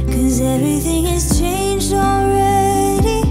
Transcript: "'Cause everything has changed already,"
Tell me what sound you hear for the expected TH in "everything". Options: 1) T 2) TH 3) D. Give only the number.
2